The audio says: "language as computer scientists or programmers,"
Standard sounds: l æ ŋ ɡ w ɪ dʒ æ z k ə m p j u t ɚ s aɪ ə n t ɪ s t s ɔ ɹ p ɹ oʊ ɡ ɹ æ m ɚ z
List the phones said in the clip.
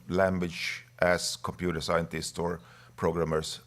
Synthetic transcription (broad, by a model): l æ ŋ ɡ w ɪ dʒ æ s k ə m p j u t ɚ s aɪ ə n t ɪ s t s ɔ ɹ p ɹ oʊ ɡ ɹ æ m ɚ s